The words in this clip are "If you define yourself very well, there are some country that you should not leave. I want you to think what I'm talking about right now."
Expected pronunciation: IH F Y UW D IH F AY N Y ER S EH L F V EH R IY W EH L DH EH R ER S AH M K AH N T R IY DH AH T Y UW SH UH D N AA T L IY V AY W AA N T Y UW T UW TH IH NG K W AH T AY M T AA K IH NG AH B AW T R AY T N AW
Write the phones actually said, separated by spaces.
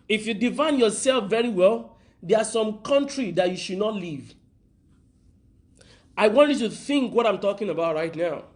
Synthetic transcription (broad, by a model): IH F Y UW D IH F AY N Y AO S EH L F V EH R IY W EH L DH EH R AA S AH M K AH N T R IY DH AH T Y UW SH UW D N AA T L IY V AY W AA N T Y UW T UW TH IH NG K W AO T AY M T AA K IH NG AH B AW T R AY T N AW